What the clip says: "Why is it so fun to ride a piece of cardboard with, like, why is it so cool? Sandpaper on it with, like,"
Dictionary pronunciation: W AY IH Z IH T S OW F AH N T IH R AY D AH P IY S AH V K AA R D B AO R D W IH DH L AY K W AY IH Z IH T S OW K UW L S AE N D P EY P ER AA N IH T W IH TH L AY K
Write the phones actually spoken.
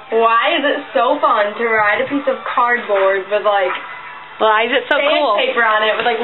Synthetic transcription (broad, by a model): W AY IH Z IH T S OW F AH N T IH R AY D AH P IY S AH V K AA R D B AO R D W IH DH L AY K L AY IH Z IH T S OW K UW L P EY P ER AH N IH T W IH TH L AY K